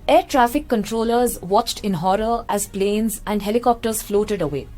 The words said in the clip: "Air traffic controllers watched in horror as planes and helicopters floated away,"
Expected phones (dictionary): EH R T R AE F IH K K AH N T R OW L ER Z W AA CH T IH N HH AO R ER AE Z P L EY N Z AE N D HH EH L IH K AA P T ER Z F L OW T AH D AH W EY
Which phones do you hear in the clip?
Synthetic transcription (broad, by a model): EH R T R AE F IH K K AH N T R OW L ER Z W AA CH T IH N HH AO R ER AE Z P L EY N Z AE N D HH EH L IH K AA P T ER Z F L OW T AH D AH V EY